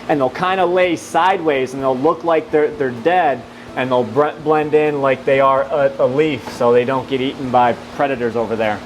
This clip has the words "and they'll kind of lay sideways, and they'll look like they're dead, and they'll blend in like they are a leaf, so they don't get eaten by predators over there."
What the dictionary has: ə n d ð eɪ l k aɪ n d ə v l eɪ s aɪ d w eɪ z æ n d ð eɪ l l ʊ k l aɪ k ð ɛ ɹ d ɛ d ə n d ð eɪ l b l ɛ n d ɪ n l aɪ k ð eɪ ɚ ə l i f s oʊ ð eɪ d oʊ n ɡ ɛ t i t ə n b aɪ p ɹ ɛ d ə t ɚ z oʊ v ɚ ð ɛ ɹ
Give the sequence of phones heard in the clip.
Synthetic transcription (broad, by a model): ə n ð eɪ l k aɪ n d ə l eɪ s aɪ d w eɪ z n ð eɪ l l ʊ k l aɪ k ð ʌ ɹ d ɛ d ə n ð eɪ l b l ɛ n d ɪ n l aɪ k ð eɪ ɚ ə l i f s oʊ ð eɪ d oʊ n ɡ ɛ t i t n b aɪ p ɹ ɛ d ə t ɚ z oʊ v ɚ ð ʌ ɹ